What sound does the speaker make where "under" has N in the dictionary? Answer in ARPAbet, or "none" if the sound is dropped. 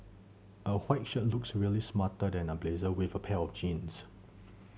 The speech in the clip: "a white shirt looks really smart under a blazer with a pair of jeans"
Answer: none